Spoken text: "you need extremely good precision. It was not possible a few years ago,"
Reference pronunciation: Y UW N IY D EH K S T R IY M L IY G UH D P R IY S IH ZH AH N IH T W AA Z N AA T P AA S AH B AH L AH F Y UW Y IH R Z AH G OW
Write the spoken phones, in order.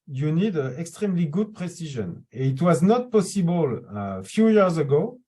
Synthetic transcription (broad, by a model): Y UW N IY D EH K S T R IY M L IY G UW D P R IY S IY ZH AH N IH T W AA Z N AA T P AA S AH B AH L AH F Y UW Y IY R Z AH G OW